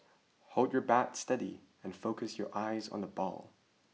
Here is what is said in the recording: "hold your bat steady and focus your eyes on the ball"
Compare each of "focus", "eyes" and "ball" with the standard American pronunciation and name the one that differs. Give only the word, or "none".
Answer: none